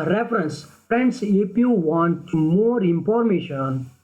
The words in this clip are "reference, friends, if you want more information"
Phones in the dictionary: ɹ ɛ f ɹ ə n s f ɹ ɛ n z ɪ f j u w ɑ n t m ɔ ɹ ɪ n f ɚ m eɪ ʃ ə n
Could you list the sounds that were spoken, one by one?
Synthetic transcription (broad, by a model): ɹ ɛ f ɹ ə n s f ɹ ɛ n s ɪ p j u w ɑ n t m ɔ ɹ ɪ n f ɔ m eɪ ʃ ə n